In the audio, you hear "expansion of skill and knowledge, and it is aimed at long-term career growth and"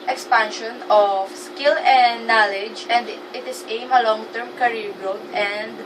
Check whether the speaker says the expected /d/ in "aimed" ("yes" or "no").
no